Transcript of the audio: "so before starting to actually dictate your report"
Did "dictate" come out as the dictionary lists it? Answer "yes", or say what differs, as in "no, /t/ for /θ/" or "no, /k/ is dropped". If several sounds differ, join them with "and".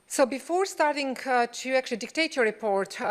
yes